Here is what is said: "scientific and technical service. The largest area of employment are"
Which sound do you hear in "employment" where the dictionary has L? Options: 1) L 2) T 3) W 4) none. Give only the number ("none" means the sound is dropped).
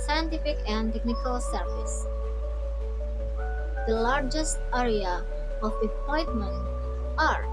4